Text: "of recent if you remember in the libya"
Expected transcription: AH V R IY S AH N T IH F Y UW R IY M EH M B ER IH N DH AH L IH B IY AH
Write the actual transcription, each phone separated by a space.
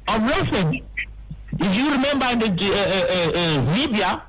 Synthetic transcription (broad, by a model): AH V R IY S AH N IH F Y UW R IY M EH M B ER IH N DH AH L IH B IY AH